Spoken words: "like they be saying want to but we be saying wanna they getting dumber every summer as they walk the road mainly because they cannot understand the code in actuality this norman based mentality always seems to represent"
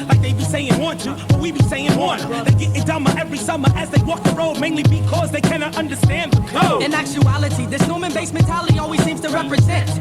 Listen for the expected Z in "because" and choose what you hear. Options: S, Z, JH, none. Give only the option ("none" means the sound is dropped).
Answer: Z